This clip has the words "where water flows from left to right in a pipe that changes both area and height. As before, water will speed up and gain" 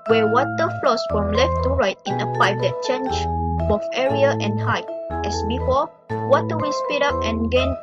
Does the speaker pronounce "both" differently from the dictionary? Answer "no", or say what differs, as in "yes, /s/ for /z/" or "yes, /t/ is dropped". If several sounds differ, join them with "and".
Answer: yes, /f/ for /θ/